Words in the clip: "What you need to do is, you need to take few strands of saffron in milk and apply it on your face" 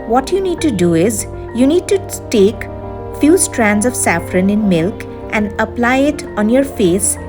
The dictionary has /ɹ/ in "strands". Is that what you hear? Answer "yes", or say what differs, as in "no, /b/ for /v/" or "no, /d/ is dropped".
yes